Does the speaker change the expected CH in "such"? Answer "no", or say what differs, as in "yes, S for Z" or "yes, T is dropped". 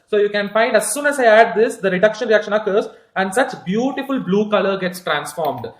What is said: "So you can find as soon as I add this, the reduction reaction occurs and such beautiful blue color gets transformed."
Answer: no